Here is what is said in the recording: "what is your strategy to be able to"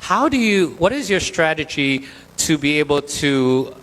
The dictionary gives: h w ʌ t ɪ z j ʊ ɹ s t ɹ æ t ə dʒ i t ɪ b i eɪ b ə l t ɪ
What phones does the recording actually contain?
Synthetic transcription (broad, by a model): h w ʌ t ɪ z j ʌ ɹ s t ɹ æ t ə dʒ i t ɪ b i eɪ b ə l t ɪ